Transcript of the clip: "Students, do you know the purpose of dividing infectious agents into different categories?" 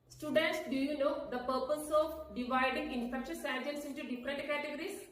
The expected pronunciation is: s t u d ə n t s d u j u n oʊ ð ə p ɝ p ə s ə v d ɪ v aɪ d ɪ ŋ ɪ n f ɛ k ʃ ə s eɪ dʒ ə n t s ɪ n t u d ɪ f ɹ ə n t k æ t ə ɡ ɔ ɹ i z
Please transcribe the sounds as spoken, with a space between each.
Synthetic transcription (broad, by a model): s t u d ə n t s d u j u n oʊ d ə p ɝ p ə s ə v d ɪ v aɪ d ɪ ŋ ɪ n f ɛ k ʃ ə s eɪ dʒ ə l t s ɪ n t u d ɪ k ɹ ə t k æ t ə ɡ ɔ ɹ i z